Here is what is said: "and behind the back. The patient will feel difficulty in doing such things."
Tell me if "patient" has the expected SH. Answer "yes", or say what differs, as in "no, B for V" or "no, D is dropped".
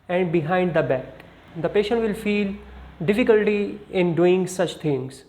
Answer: yes